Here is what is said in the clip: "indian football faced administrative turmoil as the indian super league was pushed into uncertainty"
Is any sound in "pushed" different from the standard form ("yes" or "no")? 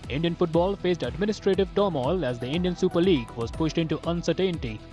no